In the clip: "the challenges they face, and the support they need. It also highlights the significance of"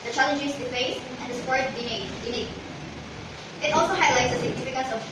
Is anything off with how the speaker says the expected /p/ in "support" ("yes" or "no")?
yes